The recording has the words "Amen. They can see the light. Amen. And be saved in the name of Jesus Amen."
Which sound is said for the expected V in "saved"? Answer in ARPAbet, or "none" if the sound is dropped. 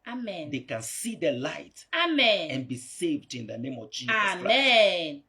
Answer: V